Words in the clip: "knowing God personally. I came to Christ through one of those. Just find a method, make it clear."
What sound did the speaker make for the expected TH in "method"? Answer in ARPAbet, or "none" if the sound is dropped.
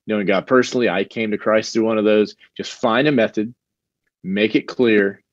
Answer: TH